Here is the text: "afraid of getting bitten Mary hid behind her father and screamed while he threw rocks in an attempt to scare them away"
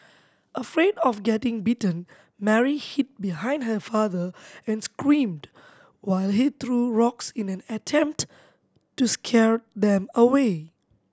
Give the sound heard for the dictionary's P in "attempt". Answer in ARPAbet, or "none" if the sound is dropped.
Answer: P